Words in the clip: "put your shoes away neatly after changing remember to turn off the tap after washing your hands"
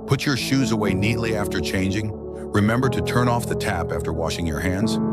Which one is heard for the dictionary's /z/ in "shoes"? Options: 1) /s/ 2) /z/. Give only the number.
2